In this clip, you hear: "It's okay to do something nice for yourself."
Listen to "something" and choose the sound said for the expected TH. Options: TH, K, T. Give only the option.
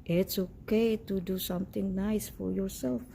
T